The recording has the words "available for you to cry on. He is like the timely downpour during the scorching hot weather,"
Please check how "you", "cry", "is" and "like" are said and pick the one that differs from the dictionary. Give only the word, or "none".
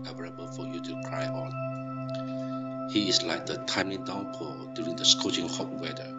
is